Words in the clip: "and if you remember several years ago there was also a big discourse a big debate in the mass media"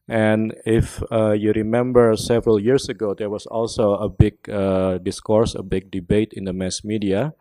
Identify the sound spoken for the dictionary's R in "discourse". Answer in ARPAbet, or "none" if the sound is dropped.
R